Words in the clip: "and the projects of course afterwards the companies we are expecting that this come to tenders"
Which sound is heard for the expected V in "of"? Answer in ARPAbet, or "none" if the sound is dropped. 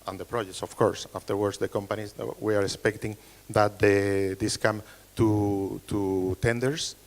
F